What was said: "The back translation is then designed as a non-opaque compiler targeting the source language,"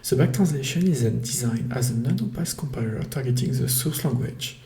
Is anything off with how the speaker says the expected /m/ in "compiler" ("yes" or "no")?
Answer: no